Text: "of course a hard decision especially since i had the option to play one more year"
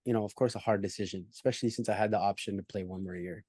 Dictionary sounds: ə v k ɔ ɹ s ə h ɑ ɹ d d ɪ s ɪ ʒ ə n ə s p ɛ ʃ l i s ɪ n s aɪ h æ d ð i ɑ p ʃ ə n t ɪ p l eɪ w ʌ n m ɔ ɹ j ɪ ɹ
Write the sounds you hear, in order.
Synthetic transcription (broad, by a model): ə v k ɔ ɹ s ə h ɑ ɹ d d ɪ s ɪ ʒ ə n ə s p ɛ ʃ l i s ɪ n s aɪ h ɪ d ð i ɑ p ʃ ə n t ɪ p l eɪ w ʌ n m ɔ ɹ j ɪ ɹ